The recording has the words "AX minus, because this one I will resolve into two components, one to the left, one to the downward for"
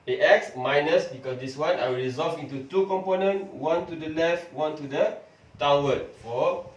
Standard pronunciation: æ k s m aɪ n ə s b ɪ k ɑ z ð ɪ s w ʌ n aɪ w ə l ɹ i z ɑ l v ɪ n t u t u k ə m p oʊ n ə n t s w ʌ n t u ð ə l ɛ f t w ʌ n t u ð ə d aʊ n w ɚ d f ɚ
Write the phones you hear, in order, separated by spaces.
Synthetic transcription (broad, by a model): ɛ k s m aɪ n ə s b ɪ k ɑ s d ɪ s w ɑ n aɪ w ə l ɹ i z ɑ l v ɪ n t u t u k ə m p oʊ n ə n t w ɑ n t u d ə l ɛ f t w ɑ n t u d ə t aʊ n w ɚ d f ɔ